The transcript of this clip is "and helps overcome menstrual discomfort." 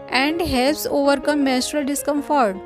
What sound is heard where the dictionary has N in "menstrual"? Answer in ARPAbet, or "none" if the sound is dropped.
none